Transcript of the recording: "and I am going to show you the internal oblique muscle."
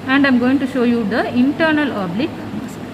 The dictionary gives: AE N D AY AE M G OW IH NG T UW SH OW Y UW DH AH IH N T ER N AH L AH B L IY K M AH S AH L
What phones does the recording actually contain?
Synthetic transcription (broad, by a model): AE N D AY M G OW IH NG T UW SH OW Y UW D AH IH N T ER N AH L AH B L IY K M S